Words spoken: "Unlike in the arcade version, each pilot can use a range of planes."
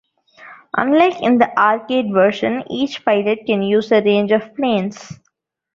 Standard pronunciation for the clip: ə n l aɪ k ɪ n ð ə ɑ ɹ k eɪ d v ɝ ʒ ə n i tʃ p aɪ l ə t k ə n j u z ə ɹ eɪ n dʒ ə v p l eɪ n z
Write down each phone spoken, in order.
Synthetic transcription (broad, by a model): ə n l aɪ k ɪ n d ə ɑ ɹ k eɪ d v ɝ ʃ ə n i tʃ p aɪ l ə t k ə n j u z ə ɹ eɪ n dʒ ə v p l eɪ n s